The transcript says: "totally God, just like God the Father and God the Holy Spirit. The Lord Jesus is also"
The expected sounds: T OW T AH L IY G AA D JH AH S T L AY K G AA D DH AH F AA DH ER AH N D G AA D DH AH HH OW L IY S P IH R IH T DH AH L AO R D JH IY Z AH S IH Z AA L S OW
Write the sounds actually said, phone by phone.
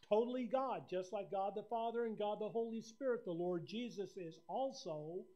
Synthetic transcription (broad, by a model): T OW T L IY G AA D JH AH S T L AY K G AA D DH AH F AA DH ER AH N G AA D DH AH HH OW L IY S P IH R IH T DH AH L AO R D JH IY Z AH S IH Z AA L S OW